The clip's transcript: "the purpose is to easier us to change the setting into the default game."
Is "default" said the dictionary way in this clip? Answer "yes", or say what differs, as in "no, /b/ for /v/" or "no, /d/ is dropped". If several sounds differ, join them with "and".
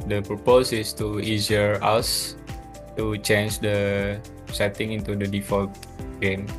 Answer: yes